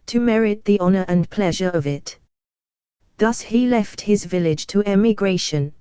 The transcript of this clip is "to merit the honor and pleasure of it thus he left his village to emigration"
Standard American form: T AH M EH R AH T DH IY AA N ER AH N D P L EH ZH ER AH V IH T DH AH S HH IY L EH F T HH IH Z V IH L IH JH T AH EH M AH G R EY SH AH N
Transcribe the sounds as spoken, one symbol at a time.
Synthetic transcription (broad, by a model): T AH M EH R AH T DH IY AA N ER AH N P L EH ZH ER AH V IH T DH AH S HH IY L EH F T HH IH Z V IH L IH JH T AH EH M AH G R EY SH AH N